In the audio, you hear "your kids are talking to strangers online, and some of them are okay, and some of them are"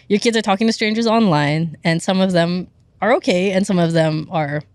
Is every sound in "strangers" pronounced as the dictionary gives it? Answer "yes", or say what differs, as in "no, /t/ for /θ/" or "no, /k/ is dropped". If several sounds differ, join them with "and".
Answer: yes